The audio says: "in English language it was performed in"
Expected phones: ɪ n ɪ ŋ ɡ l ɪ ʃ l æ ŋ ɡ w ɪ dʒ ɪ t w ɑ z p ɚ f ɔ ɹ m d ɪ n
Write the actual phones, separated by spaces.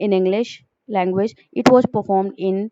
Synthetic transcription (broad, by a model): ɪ n ɪ ŋ ɡ l ɪ ʃ l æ ŋ ɡ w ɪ dʒ ɪ t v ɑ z p ɚ f ɔ ɹ m d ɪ n